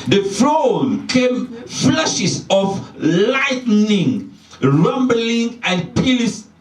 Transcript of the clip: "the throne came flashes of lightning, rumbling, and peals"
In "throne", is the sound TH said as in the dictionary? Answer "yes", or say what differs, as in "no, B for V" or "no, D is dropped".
no, F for TH